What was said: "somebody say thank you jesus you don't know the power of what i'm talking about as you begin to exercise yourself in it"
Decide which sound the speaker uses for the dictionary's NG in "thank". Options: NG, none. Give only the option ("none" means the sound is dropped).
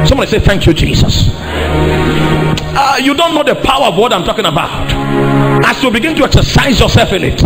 NG